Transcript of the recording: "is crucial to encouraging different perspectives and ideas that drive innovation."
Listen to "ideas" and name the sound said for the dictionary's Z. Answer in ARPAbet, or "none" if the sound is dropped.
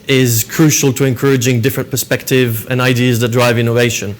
Z